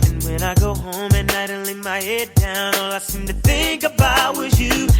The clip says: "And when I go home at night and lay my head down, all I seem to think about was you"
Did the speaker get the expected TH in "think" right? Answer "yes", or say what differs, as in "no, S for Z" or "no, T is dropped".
yes